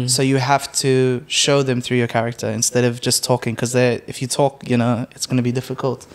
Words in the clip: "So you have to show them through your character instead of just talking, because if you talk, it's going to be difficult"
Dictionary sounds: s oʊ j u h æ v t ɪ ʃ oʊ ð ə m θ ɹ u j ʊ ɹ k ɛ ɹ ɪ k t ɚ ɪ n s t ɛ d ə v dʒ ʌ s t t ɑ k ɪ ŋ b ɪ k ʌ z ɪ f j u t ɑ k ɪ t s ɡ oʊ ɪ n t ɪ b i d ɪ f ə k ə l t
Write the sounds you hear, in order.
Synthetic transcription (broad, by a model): s oʊ j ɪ h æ f t ɪ ʃ oʊ ð ə m θ ɹ u j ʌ ɹ k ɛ ɹ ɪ k t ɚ ɪ n s t ɛ d ə v dʒ ʌ s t t ɑ k ɪ ŋ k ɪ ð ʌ ɪ f j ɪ t ɑ k ɪ t s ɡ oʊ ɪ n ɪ b i d ɪ f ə k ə l t